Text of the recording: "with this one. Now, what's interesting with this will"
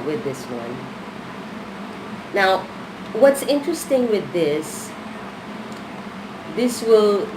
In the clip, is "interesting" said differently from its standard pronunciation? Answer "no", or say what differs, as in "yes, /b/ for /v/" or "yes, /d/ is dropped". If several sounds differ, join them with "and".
no